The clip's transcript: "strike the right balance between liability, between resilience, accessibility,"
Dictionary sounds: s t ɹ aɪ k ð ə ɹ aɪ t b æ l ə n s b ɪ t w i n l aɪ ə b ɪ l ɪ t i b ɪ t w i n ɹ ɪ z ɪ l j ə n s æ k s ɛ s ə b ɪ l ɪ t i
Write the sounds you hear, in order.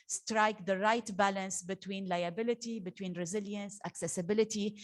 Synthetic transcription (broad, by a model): s t ɹ aɪ k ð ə ɹ aɪ t b æ l ə n s b ɪ t w i n l aɪ ə b ɪ l ɪ t i b ɪ t w i n ɹ ɪ z ɪ l j ə n s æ k s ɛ s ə b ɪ l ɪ t i